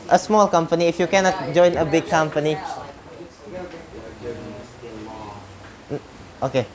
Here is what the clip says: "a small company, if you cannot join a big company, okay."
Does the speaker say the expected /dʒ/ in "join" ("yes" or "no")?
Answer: yes